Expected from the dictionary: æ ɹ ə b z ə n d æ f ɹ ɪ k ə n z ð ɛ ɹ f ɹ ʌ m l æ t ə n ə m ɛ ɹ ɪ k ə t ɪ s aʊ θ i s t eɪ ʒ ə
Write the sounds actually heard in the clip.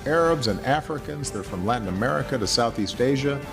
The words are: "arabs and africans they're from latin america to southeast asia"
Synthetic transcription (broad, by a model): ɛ ɹ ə b z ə n æ f ɹ ɪ k ə n z ð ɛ ɹ f ɹ ʌ m l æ t n ə m ɛ ɹ ɪ k ə t ɪ s aʊ θ i s t eɪ ʒ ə